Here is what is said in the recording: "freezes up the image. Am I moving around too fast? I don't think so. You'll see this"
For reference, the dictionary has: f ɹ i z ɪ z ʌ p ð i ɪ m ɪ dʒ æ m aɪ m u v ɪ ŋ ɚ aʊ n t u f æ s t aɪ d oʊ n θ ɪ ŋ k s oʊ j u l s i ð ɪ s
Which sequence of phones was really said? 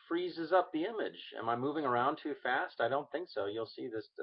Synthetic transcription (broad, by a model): f ɹ i z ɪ z ʌ p ð i ɪ m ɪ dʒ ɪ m aɪ m u v ɪ ŋ ɚ aʊ n t u f æ s t aɪ d oʊ n θ ɪ ŋ k s oʊ j u l s i ð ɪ s